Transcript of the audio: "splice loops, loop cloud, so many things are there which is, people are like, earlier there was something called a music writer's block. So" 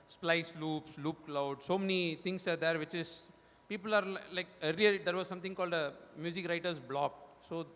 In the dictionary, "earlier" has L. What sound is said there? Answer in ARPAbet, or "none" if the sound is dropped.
none